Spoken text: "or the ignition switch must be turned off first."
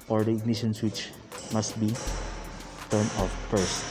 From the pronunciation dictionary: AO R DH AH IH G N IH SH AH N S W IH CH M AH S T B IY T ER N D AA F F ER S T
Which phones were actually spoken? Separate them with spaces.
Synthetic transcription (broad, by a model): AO R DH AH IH G N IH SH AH N S W IH CH M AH S T B IY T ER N AA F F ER S T